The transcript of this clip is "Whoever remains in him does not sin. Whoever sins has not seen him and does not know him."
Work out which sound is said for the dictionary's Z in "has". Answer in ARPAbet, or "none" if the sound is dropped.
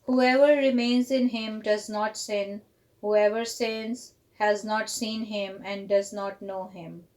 Z